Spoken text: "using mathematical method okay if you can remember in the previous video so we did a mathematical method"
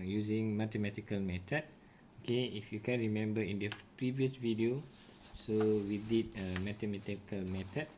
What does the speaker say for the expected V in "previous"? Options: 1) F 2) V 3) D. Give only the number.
2